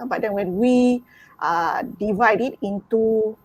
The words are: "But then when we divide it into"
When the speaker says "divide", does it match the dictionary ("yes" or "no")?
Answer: yes